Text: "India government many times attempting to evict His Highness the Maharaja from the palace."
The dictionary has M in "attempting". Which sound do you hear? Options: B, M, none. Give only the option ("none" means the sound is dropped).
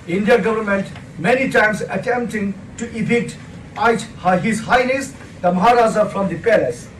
M